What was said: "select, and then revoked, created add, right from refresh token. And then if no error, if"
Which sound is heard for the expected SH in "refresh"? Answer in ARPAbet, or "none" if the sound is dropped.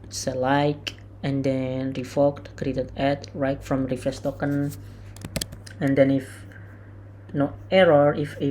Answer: S